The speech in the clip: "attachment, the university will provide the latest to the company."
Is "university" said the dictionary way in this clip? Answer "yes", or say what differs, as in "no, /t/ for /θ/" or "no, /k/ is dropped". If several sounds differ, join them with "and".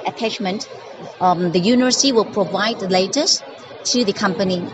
no, /s/ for /t/